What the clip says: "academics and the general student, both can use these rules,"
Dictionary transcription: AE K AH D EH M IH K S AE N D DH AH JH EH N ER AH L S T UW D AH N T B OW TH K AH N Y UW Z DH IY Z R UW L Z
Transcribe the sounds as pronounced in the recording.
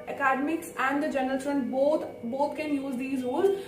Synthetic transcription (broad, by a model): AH K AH D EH M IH K S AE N D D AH JH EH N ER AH L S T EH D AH T B OW T K AH N Y UW Z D IY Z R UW L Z